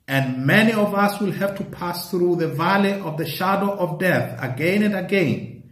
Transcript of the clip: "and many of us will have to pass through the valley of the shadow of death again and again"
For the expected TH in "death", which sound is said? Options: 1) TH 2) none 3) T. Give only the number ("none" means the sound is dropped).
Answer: 1